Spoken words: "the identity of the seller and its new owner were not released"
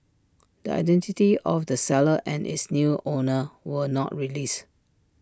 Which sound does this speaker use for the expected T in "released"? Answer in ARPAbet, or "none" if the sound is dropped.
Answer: none